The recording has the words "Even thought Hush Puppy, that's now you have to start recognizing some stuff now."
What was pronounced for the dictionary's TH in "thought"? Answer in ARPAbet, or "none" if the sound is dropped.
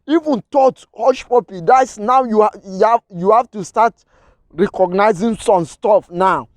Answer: T